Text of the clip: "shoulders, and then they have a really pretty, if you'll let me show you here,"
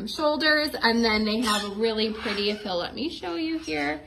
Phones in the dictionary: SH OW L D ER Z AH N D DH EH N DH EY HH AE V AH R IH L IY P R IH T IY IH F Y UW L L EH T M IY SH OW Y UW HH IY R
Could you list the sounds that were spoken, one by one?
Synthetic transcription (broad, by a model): SH OW L D ER Z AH N DH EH N DH EY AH V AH R IH L IY P R IH T IY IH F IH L L EH T M IY SH OW Y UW HH IY R